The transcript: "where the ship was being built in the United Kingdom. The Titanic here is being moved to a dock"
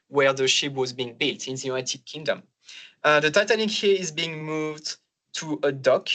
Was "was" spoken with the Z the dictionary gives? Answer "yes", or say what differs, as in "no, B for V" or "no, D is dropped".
yes